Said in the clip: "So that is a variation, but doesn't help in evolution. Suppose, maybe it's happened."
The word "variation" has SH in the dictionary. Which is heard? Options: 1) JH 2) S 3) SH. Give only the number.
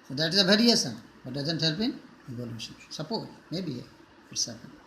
2